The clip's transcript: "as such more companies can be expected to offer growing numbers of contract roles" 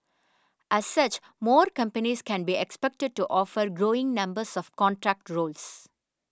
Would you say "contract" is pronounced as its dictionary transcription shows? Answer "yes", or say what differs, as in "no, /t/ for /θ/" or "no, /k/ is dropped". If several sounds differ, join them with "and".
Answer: yes